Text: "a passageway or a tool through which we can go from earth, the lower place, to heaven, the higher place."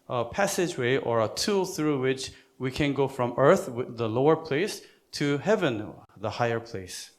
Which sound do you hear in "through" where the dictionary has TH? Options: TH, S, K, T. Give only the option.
TH